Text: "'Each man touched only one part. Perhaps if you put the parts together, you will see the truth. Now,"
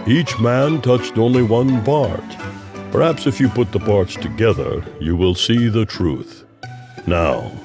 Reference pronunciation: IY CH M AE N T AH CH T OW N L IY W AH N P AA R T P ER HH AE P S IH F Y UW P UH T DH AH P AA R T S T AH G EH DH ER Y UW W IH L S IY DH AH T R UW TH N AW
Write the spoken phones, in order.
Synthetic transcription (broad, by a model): IY CH M AE N T AH CH T OW N L IY W AH N P AA R T P ER HH AE P S IH F Y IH P UH T DH AH P AA R T S T AH G EH DH ER Y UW W IH L S IY DH AH T R UW TH N AW